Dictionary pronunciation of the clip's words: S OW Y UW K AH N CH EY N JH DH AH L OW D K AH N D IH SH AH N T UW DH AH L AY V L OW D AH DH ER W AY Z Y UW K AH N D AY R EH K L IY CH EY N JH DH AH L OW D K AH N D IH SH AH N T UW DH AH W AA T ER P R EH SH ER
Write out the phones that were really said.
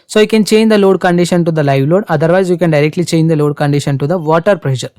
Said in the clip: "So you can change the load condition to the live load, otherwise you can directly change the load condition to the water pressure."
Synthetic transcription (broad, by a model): S OW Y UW K AH N CH EY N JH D AH L OW D K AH N D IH SH AH N T UW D AH L AY V L OW D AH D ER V AY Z Y UW K AH N D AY R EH K L IY CH EY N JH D AH L OW D K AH N D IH SH AH N T UW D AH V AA T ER P R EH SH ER